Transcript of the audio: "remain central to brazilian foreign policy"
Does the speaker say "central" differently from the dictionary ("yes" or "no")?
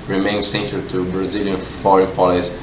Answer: yes